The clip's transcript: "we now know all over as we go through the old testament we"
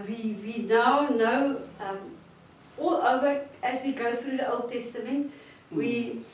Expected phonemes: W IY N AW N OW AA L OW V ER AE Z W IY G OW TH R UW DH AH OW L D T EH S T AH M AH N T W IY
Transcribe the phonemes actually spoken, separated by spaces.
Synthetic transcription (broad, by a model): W IY N AW N OW AA L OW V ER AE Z W IY G OW TH R UW DH AH OW L D T EH S T AH M AH N T W IY